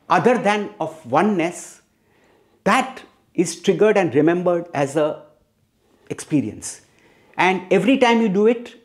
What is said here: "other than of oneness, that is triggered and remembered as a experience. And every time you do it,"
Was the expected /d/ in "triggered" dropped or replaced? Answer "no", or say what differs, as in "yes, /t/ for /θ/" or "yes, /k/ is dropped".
no